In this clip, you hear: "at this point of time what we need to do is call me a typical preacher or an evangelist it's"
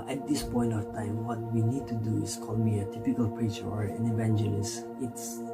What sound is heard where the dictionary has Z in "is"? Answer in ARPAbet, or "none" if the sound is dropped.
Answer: S